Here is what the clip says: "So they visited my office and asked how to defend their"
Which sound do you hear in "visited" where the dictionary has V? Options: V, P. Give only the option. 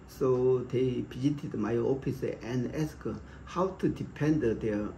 P